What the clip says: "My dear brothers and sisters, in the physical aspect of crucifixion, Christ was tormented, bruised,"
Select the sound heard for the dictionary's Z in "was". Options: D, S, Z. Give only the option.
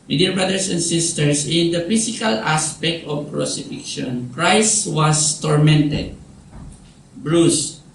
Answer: S